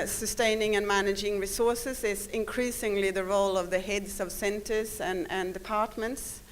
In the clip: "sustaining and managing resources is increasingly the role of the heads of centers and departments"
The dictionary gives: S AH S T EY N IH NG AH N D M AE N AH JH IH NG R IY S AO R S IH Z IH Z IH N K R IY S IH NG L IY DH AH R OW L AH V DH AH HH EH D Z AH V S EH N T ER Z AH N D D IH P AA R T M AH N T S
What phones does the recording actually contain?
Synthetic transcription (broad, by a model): S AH S T EY N IH NG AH N M AE N AH JH IH NG R IY S AO R S IH Z IH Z IH N K R IY S IH NG L IY DH AH R OW L AH V DH AH HH EH D Z AH V S EH N T ER Z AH N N D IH P AA R T M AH N T S